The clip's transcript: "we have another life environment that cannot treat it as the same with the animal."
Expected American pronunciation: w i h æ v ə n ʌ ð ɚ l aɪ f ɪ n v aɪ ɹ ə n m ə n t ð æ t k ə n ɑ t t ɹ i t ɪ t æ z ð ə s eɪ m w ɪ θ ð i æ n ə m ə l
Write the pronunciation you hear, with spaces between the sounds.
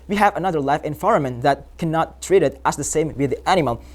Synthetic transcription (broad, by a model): w i h æ v ə n ʌ ð ɚ l aɪ f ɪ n f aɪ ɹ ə m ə n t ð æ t k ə n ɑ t t ɹ i t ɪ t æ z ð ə s eɪ m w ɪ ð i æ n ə m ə l